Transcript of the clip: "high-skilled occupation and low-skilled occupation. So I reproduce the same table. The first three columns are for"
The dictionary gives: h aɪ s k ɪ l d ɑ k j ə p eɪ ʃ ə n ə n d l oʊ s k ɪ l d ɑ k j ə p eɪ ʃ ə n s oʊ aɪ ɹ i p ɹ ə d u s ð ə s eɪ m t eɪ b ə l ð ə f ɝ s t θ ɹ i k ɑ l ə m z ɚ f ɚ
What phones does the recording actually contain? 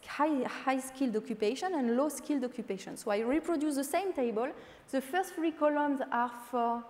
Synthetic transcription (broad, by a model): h aɪ s k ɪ l d ɑ k j ə p eɪ ʃ ə n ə n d l oʊ s k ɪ l d ɑ k j ə p eɪ ʃ ə n s oʊ aɪ ɹ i p ɹ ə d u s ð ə s eɪ m t eɪ b ə l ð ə f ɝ s t f ɹ i k ɑ l ə m z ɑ f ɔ